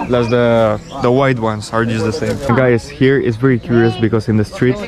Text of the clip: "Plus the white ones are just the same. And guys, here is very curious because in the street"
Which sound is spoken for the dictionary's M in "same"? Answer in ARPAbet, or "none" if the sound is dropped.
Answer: none